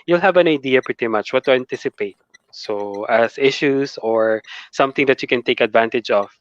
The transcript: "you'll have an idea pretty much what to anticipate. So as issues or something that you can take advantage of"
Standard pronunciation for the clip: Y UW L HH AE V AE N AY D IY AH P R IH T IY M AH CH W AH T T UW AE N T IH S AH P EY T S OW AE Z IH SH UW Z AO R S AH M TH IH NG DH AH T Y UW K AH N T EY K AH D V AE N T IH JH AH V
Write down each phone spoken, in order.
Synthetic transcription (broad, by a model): Y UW L HH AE V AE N AY D IY AH P R IH T IY M AH CH W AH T T UW AE N T IH S AH P EY T S OW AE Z IH SH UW S AO R S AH M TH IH NG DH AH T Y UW K AH N T EY K AH D V AE N T IH JH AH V